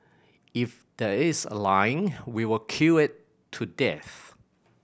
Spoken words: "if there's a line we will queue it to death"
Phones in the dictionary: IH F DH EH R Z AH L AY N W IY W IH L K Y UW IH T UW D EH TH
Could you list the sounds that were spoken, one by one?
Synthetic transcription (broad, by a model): IH F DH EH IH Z AH L AY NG W IY W IH L K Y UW IH T UW D EH TH